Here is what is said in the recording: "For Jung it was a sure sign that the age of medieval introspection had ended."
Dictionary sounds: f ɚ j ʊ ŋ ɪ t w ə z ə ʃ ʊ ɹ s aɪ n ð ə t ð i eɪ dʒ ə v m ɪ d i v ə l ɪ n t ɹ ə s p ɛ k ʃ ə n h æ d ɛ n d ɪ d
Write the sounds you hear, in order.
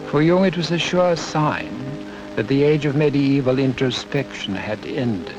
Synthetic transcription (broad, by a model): f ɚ j ʊ ŋ ɪ t w ə z ə ʃ ʊ ɹ s aɪ n ð ə t ð i eɪ dʒ ə v m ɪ d i v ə l ɪ n t ɹ ə s p ɛ k ʃ ə n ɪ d ɛ n d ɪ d